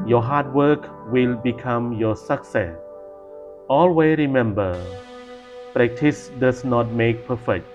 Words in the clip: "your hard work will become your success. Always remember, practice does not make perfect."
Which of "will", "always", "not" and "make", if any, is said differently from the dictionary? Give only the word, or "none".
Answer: always